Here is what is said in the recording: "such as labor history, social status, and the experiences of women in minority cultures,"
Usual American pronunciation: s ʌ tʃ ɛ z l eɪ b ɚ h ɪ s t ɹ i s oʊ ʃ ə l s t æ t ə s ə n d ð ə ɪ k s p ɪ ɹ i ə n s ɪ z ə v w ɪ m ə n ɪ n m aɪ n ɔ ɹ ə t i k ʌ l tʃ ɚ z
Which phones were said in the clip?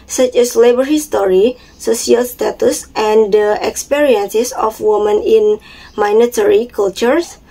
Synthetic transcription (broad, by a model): s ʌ tʃ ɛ s l eɪ b ɚ h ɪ s t ɹ i s oʊ s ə l s t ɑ t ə s ə n d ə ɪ k s p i ɹ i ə n s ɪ s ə f w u m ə n ɪ n m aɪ n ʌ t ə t i k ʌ l tʃ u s